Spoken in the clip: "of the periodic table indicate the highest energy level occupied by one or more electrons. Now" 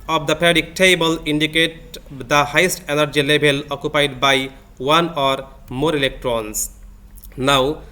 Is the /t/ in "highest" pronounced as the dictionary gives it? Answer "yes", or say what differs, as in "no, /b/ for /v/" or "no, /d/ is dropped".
yes